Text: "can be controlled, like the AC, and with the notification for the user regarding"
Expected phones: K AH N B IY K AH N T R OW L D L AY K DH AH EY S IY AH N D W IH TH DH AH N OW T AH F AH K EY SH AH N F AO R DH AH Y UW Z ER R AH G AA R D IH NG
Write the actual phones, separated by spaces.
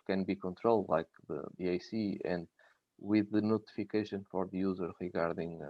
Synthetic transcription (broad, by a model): K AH N B IY K AH N T R OW L D L AY K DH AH EY S IY AH N D W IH DH AH N OW T AH F AH K EY SH AH N F AO R DH AH Y UW Z ER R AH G AA R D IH NG